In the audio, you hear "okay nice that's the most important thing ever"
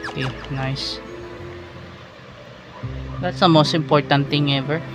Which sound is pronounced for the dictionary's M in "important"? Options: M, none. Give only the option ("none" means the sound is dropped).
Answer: M